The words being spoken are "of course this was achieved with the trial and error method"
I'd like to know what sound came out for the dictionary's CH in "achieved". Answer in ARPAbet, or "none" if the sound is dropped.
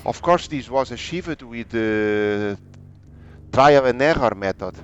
SH